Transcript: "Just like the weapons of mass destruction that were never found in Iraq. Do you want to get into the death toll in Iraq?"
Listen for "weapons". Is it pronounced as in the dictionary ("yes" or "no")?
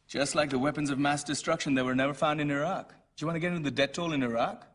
yes